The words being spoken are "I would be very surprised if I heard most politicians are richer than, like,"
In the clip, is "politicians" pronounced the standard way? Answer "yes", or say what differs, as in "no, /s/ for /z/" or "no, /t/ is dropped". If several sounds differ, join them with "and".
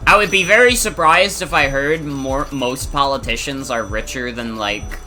yes